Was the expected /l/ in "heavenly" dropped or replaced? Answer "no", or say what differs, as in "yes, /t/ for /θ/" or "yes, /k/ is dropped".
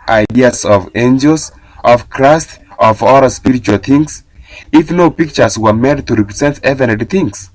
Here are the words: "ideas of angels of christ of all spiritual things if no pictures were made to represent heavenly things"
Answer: yes, /l/ is dropped